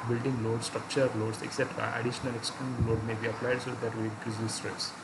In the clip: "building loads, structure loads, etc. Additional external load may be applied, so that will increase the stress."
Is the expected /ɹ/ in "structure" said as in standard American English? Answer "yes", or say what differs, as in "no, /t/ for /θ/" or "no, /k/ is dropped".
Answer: yes